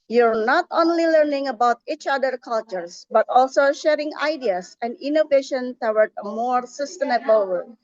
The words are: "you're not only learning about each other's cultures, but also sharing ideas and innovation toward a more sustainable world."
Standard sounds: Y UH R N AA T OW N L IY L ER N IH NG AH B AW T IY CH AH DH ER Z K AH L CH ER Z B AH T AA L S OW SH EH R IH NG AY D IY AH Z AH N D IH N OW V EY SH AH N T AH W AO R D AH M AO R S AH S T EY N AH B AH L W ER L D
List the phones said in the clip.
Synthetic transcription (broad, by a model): Y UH R N AA T OW N L IY L ER N IH NG AH B AW T IY CH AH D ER K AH L CH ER S B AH T AA L S OW SH EH R IH NG AY D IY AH S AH N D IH N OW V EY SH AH N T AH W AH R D AH M AO R S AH S T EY N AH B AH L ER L